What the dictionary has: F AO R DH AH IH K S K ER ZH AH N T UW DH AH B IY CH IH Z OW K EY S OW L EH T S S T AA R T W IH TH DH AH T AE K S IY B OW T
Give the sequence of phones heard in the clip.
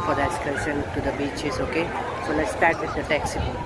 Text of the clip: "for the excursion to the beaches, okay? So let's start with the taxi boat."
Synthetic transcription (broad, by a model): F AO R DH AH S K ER S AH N T UW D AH B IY CH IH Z OW K EY S OW L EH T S S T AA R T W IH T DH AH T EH K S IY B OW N